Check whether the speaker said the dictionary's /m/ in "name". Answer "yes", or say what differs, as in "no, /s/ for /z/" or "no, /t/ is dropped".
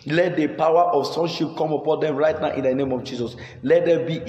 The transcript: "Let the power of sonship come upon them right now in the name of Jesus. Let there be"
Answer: yes